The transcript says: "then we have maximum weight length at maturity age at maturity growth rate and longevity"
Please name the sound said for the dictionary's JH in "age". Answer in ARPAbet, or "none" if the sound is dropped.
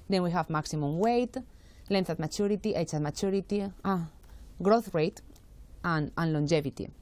CH